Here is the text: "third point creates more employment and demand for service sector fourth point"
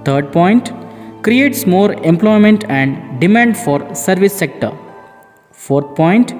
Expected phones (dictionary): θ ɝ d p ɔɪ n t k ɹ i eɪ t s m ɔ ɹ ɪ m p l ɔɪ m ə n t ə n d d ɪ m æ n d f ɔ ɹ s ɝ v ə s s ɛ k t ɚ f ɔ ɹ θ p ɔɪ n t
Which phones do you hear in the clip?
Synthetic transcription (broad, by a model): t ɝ d p ɔɪ n t k ɹ i eɪ t s m ɔ ɹ ɪ m p l ɔɪ m ə n t ə n d d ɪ m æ n d f ɔ ɹ s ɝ v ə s s ɛ k t ɚ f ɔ ɹ t p ɔɪ n t